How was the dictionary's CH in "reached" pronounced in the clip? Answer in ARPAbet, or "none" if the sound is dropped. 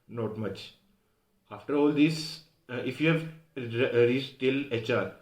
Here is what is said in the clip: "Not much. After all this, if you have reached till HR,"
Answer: S